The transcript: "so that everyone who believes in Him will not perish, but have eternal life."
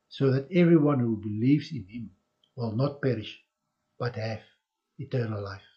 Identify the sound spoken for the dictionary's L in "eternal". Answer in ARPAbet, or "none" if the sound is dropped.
L